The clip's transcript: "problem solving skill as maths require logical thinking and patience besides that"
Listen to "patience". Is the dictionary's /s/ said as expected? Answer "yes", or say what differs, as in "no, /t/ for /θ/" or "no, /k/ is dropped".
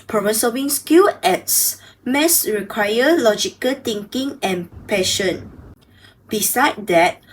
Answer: no, /s/ is dropped